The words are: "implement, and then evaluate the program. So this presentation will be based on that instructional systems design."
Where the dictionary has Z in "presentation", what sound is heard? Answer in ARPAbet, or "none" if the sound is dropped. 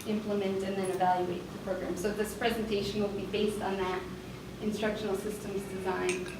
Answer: Z